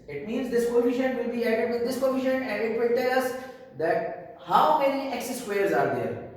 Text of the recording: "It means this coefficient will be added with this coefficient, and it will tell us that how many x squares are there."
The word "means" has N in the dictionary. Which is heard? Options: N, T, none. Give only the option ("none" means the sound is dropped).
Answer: N